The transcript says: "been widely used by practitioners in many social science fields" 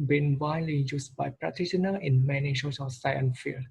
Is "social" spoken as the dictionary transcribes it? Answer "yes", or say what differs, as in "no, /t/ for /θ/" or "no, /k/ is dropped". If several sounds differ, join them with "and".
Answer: no, /s/ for /ʃ/